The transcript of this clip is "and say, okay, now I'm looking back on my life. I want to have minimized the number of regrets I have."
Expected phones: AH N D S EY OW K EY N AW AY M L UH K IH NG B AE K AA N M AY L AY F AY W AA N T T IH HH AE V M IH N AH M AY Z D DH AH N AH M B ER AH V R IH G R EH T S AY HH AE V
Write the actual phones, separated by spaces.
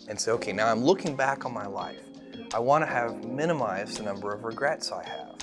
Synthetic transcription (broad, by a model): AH N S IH OW K EY N AW AY M L UH K IH NG B AE K N M AY L AY F AY W AA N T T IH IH V M IH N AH M AY Z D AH N AH M B ER AH V R IH G R EH T S AY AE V